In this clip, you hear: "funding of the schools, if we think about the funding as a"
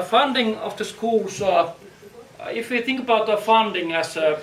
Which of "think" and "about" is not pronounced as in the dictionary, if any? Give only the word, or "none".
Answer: none